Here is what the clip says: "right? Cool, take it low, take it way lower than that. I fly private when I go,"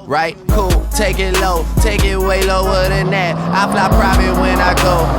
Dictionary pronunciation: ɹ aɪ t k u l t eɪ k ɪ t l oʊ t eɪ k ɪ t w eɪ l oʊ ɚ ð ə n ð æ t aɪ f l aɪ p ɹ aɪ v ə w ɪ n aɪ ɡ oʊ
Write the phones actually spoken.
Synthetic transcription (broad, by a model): ɹ aɪ t k u l t eɪ k ɪ t l oʊ t eɪ k ɪ t w eɪ l oʊ ɚ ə n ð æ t aɪ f l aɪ p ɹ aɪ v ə w ɪ n aɪ ɡ oʊ